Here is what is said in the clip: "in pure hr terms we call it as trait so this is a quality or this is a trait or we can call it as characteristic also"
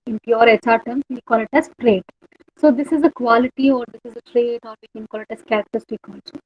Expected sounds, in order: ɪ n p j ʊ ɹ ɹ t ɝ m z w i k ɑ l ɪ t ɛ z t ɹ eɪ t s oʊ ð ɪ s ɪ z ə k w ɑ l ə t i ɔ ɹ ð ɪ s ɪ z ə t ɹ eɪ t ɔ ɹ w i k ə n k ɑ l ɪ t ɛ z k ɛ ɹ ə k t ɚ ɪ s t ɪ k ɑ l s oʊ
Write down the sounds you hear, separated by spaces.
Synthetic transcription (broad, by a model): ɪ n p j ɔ ɹ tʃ t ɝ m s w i k ɑ l ɪ t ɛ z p ɹ eɪ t s oʊ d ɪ s ɪ z ə k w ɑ l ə t i ɔ ɹ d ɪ s ɪ z ə t ɹ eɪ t ɔ ɹ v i k ə n k ɑ l ɪ t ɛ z k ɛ ɹ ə k t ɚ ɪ t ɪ k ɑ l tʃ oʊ